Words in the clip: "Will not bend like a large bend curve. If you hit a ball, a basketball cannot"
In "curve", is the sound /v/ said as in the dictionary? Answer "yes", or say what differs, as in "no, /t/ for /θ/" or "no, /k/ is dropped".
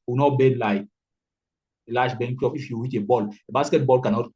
no, /p/ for /v/